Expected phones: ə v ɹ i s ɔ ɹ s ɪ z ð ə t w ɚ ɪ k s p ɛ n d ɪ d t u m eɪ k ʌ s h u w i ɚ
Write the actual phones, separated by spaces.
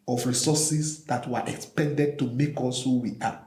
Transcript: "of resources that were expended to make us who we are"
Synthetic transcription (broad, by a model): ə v ɹ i s ɔ s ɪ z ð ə t w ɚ ɪ k s p ɛ n d ɪ d t u m eɪ k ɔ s h u w i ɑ